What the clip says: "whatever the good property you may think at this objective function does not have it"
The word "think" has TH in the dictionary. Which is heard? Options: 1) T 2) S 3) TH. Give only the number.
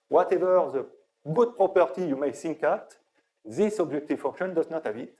2